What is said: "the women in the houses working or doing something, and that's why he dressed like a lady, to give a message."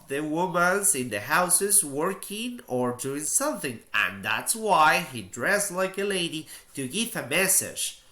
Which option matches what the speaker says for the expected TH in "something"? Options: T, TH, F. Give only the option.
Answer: TH